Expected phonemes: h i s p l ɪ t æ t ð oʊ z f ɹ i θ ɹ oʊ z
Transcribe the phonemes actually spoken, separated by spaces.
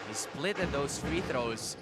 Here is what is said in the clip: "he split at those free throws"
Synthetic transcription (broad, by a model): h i s p l ɪ t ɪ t ð oʊ z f ɹ i θ ɹ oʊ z